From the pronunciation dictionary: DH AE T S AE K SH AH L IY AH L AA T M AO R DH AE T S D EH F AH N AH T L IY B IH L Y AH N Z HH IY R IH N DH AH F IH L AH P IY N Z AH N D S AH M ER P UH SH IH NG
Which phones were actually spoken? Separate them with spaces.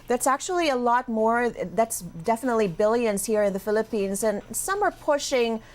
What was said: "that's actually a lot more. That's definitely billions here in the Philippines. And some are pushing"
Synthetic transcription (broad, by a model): DH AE T S AE K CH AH L IY AH L AA T M AO R DH AE T S D EH F AH N AH T L IY B IH L Y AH N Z HH IY R IH N DH AH F IH L AH P IY N Z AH N S AH M ER P UH SH IH NG